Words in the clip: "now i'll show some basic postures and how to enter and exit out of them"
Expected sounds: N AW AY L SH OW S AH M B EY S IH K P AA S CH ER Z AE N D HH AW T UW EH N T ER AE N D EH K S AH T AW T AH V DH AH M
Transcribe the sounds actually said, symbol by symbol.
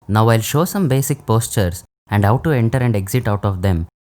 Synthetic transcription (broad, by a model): N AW AY L SH OW S AH M B EY S IH K P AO S CH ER S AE N D HH AW T UW EH N T ER AE N D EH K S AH T AW T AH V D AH M